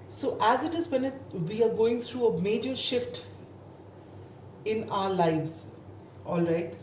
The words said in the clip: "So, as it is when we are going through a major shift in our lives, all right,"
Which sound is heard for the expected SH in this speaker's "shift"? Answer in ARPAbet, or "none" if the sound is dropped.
SH